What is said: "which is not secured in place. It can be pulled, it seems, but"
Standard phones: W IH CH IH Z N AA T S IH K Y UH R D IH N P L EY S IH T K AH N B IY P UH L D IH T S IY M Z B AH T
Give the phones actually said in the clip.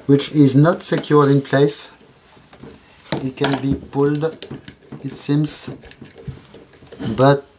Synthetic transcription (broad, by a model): W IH CH IH Z N AA T S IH K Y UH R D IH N P L EY S IH T K AH N B IY P UH L D IH T S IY M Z B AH T